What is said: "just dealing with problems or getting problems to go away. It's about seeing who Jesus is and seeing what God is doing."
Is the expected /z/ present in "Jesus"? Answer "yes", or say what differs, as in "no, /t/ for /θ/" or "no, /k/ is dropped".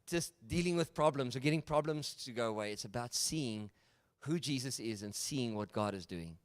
yes